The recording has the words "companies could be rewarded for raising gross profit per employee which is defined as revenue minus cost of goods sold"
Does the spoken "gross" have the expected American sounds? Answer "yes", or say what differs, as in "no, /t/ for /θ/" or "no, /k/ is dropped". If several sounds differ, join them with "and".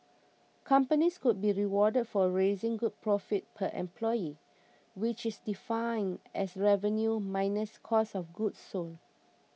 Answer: no, /ɹ/ is dropped